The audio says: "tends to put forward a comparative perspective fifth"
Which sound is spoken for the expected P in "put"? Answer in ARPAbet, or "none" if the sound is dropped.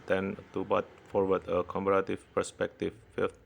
B